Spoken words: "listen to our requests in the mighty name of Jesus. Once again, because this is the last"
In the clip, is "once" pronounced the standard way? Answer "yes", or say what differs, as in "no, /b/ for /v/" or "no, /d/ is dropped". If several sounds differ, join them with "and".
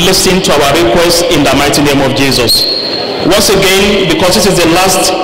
yes